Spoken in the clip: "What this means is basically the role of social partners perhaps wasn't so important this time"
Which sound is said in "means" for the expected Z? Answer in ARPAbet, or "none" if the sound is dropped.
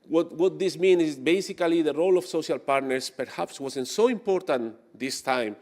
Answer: none